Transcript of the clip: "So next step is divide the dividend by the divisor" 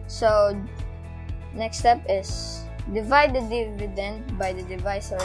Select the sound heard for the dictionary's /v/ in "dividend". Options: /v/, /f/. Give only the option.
/v/